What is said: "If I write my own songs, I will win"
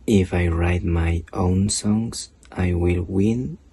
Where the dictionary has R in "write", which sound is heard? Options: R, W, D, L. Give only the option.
R